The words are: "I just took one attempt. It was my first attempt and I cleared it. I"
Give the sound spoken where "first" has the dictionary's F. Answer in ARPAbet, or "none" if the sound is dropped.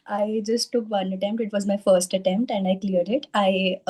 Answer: F